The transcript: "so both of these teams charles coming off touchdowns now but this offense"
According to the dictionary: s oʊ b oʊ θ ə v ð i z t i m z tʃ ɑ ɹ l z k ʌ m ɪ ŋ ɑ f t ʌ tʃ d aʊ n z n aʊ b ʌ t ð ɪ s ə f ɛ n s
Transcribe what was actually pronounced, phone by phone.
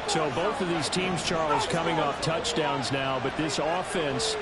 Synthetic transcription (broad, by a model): s oʊ b oʊ θ ə v ð i z t i m z tʃ ɑ ɹ l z k ʌ m ɪ ŋ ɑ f t ʌ tʃ d aʊ n z n aʊ b ʌ t ð ɪ s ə f ɛ n s